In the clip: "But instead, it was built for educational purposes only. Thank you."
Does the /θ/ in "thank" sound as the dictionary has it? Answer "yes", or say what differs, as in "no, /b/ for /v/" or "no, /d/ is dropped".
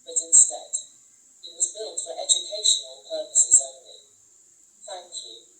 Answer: yes